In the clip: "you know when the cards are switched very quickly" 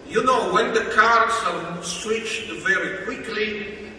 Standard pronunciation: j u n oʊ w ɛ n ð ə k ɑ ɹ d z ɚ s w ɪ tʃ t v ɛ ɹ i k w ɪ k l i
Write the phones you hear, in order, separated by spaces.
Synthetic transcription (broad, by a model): j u n oʊ w ɛ n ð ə k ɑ ɹ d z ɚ s w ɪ tʃ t v ɛ ɹ i k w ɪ k l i